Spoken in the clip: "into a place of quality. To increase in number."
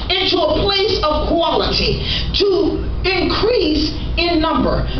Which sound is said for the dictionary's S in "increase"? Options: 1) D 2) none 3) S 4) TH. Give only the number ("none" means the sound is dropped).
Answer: 3